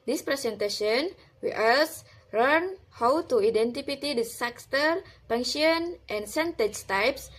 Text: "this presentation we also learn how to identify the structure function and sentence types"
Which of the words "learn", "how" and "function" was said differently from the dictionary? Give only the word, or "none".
function